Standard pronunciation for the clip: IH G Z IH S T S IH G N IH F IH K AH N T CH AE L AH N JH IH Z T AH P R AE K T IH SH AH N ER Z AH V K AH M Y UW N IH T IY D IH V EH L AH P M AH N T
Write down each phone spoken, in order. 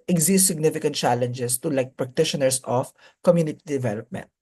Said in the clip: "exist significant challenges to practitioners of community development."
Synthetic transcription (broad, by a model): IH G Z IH S T S IH G N IH F IH K AH N T CH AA L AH N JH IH S T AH P R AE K T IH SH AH N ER S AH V K AH M Y UW N IH T IY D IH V EH L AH P M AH N T